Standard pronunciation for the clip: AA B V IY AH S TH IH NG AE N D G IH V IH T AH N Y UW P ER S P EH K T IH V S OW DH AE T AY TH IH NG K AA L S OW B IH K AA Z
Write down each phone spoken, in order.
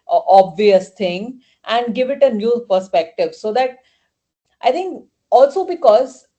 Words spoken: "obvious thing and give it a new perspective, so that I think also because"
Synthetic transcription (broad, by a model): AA B V IY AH S T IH NG AE N D G IH V IH T AH N Y UW P ER S P EH K T IH V S OW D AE T AY T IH NG K AA L S OW B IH K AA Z